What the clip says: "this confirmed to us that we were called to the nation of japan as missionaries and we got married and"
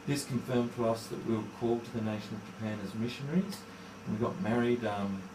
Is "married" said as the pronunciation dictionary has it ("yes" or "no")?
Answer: yes